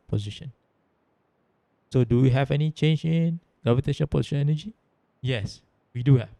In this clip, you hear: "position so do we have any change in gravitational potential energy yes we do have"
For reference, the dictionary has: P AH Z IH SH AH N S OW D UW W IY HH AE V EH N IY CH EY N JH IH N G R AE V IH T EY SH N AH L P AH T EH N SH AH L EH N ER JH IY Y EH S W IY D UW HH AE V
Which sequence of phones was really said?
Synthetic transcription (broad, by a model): P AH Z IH SH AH N S OW D UW W IY HH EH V EH N IY CH EY N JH IH N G R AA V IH T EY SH AH N P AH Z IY SH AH N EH N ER JH IY Y EH S W IY D UW HH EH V